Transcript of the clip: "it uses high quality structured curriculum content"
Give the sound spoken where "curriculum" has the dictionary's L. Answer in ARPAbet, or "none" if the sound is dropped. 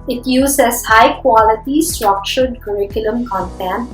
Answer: L